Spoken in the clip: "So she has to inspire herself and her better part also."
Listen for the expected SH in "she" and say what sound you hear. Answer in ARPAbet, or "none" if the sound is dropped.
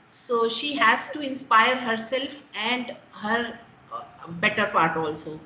SH